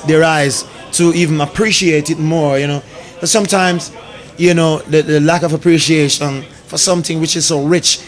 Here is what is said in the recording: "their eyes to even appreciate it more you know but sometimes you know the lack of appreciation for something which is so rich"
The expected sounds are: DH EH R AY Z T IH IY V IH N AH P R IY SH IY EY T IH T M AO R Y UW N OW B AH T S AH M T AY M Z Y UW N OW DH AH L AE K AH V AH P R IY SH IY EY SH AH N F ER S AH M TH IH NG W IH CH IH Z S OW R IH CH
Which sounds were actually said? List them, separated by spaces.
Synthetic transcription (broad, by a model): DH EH R AY Z T IH IY V IH N AH P R IY SH IY EY T IH T M AO R Y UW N OW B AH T S AH M T AY M Z Y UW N OW DH AH L AE K AH V AH P R IY SH IY EY SH AH N F ER S AH M TH IH NG W IH CH IH Z S OW R IH CH